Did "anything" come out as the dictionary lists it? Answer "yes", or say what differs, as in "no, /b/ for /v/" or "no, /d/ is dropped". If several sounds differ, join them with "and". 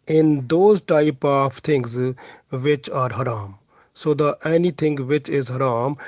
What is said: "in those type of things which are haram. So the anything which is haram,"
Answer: no, /t/ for /θ/